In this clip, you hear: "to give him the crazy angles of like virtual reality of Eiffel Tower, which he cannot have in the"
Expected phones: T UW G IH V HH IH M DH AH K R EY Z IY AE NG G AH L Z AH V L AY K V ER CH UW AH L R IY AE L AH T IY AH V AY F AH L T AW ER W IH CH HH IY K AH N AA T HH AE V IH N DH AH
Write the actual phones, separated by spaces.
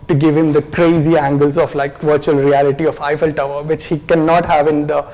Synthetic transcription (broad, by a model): T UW G IH V HH IH M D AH K R EY Z IY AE NG G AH L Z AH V L AY K V ER CH UW AH L R IY AE L AH T IY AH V AY F AH L T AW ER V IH CH HH IY K AH N AA T HH AE V IH N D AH